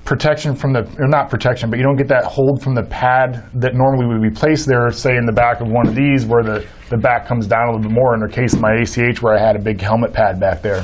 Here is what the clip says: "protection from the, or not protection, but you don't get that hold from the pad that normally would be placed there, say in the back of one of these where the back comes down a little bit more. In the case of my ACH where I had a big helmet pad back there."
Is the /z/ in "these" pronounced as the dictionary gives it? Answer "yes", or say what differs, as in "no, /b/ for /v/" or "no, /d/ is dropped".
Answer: yes